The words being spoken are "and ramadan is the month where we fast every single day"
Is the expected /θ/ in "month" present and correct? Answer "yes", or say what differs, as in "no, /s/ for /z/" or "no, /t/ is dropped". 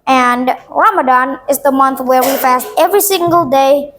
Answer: yes